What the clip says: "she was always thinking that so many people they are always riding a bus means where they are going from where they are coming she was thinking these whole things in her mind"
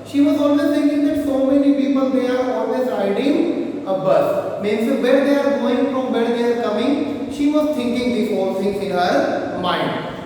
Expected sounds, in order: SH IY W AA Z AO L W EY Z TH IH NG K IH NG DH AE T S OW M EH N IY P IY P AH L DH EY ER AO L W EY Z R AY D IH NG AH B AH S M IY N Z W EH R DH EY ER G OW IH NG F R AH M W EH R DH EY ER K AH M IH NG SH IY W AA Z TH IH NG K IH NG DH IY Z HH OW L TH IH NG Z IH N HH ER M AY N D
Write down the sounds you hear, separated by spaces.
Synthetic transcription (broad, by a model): SH IY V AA Z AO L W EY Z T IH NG K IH NG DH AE T S OW M EH N IY P IY P AH L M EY ER AO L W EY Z AY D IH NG AH B AH S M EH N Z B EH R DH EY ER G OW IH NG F R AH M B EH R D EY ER K AH M IH NG SH IY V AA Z T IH NG K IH NG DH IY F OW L S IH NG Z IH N HH ER M AY N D